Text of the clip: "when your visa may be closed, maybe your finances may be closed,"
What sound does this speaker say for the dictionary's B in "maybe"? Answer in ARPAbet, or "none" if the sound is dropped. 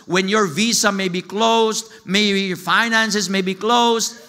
none